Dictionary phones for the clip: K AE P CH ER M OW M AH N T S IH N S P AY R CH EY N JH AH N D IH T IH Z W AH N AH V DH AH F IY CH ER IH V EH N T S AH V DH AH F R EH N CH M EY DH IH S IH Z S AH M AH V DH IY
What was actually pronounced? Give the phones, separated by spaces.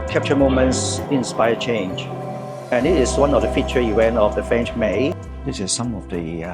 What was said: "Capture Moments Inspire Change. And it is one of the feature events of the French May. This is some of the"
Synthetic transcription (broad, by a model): K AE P CH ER M OW M AH N T S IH N S P AY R CH EY N JH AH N IH T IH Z W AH N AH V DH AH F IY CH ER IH W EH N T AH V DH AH F R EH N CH M EY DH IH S IH Z S AH M AH V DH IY